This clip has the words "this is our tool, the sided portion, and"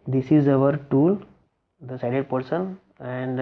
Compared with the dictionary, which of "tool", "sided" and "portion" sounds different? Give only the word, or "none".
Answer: portion